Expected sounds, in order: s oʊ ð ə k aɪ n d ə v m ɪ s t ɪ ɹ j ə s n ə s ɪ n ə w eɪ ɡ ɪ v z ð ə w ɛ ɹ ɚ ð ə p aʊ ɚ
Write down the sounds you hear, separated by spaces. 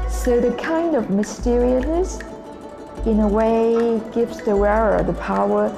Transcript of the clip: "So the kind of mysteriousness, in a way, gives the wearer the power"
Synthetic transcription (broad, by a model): s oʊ ð ə k aɪ n d ə v m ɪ s t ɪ ɹ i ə s n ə s ɪ n ə w eɪ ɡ ɪ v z ð ə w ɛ ɹ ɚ ð ə p aʊ ɚ